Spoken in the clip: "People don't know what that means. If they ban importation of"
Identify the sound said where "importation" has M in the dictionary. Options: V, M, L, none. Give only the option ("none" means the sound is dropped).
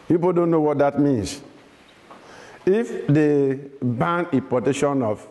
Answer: none